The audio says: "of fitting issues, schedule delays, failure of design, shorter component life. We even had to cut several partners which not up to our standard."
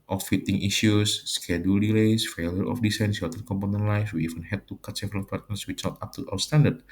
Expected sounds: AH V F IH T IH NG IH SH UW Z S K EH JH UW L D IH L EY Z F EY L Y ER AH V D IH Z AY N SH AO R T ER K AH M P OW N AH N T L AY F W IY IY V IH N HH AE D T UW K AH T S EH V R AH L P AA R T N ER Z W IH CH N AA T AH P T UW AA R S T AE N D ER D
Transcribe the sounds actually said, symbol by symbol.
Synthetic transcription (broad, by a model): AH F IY T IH NG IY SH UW S K EH JH UW L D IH L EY S F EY L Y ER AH F D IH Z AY N S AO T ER K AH M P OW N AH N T L AY F W IY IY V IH N HH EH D T UW K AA T S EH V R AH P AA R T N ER S W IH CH N AA T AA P T UW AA W S T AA N D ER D